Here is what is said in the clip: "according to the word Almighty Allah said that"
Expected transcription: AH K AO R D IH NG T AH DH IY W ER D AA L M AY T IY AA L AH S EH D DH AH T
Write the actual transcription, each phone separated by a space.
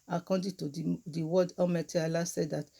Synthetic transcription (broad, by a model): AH K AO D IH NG T AH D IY W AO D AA M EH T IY AA L AH S EH D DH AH T